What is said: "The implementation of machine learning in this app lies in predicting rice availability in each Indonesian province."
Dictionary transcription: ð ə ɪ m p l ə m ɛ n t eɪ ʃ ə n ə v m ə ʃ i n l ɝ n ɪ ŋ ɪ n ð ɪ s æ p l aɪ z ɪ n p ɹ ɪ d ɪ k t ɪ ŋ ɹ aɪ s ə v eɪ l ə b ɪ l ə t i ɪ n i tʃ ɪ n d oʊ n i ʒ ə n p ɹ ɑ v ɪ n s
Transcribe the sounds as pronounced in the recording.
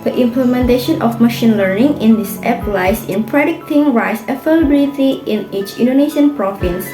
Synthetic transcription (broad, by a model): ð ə ɪ m p l ə m ɛ n t eɪ ʃ ə n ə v m ə ʃ i n l ɝ n ɪ ŋ ɪ n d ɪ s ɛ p l aɪ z ɪ n p ɹ ɪ d ɪ k t ɪ ŋ ɹ aɪ s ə f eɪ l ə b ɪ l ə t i ɪ n i tʃ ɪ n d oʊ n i ʃ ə n p ɹ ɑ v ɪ n s